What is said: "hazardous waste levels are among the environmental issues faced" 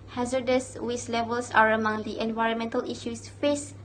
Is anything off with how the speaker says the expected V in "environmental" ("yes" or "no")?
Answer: no